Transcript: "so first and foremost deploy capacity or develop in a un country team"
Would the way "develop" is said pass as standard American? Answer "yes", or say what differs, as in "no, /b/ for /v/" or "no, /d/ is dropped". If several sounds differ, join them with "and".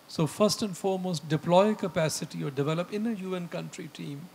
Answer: yes